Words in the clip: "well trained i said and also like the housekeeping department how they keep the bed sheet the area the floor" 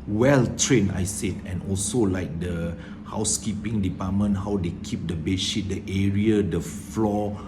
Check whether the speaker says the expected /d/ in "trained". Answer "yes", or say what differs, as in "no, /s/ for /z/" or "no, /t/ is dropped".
no, /d/ is dropped